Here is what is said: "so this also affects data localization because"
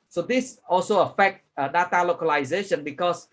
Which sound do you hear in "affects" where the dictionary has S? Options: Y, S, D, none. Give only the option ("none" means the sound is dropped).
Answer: none